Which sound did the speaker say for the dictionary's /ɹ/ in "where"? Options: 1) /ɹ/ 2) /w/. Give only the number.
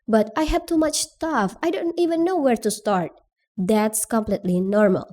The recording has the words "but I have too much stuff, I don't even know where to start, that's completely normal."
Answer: 1